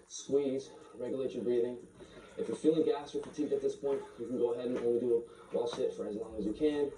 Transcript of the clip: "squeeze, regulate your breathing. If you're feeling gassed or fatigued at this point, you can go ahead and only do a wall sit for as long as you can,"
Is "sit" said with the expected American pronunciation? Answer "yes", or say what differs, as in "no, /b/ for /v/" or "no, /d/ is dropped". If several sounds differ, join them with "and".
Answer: no, /ʃ/ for /s/